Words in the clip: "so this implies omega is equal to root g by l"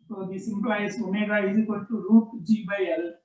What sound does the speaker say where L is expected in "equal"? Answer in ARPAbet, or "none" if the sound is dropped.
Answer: N